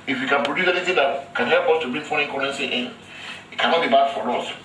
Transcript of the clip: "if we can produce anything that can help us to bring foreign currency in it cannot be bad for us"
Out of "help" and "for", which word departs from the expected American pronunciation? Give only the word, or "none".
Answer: for